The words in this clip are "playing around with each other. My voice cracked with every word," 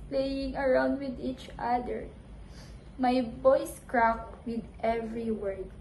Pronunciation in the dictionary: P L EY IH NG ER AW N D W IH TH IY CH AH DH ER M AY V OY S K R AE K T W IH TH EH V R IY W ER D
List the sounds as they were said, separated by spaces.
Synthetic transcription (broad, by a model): P L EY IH NG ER AW N D W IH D IY CH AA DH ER M AY B OY S K R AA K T W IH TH EH V R IY W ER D